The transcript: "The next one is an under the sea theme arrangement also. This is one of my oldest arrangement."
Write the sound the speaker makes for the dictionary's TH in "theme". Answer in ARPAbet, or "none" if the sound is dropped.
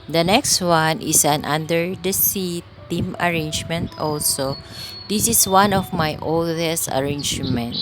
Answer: T